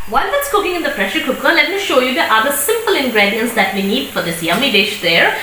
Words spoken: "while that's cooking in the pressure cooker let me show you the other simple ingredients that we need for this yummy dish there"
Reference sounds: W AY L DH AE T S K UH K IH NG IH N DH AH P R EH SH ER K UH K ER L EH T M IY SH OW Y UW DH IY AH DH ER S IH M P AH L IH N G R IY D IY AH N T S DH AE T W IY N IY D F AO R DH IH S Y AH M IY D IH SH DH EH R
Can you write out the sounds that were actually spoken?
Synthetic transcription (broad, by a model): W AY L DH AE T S K UH K IH NG IH N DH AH P R EH SH ER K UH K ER L EH T M IY SH OW Y UW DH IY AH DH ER S IH M P AH L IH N G R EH D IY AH N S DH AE T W IY N IY D F AO R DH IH S Y AH M IY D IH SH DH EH R